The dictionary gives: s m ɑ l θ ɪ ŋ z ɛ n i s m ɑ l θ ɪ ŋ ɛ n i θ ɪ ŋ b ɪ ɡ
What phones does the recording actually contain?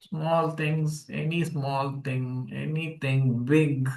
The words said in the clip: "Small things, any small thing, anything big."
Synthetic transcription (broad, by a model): s m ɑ l t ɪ ŋ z ɛ n i s m ɑ l t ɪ ŋ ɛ n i t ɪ ŋ b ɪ ɡ